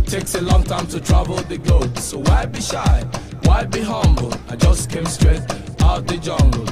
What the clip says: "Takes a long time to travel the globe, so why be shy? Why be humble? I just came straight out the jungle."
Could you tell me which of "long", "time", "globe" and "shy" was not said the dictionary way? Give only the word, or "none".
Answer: globe